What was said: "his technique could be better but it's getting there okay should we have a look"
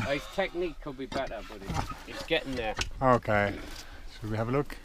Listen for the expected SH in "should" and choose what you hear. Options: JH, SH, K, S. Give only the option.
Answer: S